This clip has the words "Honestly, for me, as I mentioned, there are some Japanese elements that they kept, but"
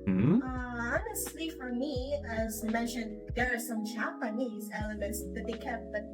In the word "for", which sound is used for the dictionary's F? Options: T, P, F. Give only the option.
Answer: F